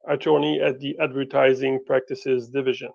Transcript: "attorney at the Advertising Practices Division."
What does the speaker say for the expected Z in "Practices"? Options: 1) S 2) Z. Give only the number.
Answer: 2